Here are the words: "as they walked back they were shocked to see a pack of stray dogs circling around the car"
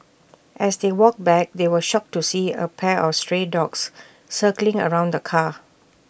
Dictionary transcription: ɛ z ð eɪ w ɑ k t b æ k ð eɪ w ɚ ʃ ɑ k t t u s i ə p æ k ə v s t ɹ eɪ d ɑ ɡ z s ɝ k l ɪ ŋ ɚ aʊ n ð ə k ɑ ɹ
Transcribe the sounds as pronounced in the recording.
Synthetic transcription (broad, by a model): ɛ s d eɪ w ɑ k b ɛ k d eɪ w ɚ ʃ ɑ k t t u s i ə p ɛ ə f s t ɹ eɪ d ɑ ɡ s s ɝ k l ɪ ŋ ɚ aʊ n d ə k ɑ